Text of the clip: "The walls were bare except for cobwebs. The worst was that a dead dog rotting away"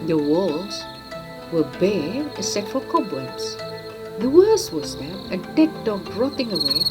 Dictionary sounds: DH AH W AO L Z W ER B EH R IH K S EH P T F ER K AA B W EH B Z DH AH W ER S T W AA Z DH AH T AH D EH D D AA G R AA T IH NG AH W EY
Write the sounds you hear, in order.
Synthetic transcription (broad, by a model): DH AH W AO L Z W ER B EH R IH S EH T F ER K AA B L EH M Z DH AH W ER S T W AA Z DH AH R AH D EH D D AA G R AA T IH NG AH W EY